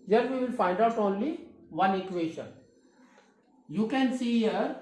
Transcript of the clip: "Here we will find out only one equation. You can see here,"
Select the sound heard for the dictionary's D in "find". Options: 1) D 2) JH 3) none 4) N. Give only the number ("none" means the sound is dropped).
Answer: 1